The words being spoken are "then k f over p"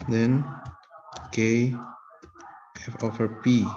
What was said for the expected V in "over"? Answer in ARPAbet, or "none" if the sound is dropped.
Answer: F